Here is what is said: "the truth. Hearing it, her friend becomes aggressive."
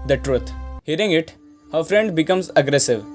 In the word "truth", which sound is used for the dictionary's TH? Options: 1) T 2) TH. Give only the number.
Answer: 1